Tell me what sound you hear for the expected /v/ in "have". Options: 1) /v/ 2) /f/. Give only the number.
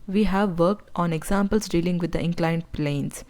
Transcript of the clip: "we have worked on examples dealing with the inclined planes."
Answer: 1